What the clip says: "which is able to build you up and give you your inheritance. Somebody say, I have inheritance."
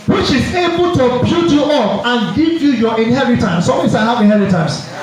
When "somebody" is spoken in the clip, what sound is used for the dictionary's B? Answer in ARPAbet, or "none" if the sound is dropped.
none